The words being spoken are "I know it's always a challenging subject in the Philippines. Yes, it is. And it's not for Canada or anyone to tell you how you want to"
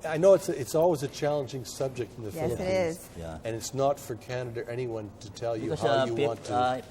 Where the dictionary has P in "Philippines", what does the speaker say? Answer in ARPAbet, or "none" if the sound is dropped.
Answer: none